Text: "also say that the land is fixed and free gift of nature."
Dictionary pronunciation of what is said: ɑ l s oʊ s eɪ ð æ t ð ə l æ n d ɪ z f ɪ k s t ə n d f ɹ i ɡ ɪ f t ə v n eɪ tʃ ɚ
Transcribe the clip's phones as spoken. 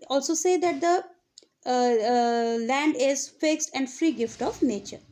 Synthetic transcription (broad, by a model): ɑ l s oʊ s eɪ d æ t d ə l æ n d ɪ z f ɪ k s t ə n d f ɹ i ɡ ɪ f t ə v n eɪ tʃ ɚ